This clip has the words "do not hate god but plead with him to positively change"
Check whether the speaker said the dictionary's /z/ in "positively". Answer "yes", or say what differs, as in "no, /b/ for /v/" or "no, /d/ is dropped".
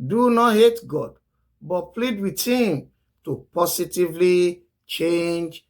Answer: no, /s/ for /z/